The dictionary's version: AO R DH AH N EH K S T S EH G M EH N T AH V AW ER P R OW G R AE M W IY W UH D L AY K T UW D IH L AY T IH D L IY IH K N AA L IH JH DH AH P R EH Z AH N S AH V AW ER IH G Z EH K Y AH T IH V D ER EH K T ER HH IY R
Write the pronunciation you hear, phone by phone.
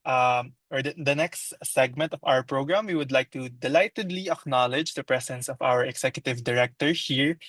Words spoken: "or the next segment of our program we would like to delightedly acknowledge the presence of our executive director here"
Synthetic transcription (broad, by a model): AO R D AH N EH K S T S EH G M EH N T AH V AW ER P R OW G R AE M W IY W UH D L AY K T UW D IH L AY T IH D L IY IH K N AA L IH JH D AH P R EH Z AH N S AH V AW ER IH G S EH K Y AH T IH V D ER EH K T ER HH IY R